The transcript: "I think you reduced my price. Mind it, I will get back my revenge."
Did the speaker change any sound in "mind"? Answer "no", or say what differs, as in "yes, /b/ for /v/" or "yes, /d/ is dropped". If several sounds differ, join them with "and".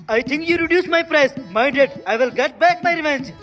yes, /n/ is dropped